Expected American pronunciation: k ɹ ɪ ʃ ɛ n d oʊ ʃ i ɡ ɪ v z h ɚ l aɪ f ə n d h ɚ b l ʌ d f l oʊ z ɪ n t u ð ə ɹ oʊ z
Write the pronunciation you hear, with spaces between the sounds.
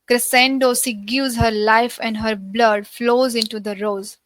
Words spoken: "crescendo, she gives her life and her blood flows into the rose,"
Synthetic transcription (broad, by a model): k ɹ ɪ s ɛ n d oʊ s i ɡ ɪ v z h ɚ l aɪ f ə n d h ɚ b l ʌ d f l oʊ z ɪ n t u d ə ɹ oʊ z